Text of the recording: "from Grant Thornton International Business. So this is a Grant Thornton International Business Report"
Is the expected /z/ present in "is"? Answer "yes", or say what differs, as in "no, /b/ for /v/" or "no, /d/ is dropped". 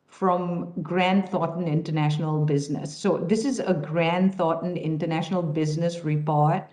yes